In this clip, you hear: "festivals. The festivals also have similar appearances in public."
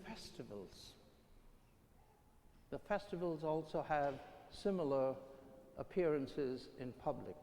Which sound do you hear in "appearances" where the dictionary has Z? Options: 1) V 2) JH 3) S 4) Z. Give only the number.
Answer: 4